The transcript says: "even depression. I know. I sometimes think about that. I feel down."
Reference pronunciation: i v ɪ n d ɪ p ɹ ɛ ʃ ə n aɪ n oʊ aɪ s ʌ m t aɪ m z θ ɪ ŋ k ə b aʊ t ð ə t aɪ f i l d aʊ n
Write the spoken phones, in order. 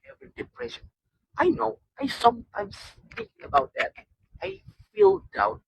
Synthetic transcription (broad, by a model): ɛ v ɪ d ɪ p ɹ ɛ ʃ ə n aɪ n oʊ aɪ s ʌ m t aɪ m s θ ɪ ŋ ə b aʊ t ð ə t aɪ f i l d aʊ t